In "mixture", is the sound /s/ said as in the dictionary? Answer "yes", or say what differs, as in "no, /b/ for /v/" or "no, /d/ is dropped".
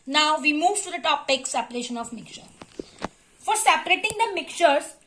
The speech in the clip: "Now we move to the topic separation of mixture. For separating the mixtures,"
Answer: no, /s/ is dropped